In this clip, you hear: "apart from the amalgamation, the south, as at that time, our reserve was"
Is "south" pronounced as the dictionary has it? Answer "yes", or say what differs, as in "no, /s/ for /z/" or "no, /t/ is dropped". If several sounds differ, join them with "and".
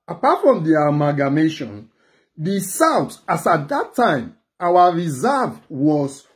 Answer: no, /t/ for /θ/